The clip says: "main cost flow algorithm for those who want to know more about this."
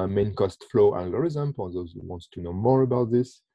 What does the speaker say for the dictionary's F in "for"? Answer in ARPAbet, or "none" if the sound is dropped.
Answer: P